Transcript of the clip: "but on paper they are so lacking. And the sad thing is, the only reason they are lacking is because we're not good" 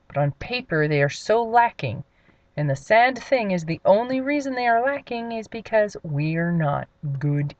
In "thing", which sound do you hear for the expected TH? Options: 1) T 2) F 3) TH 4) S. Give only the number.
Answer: 3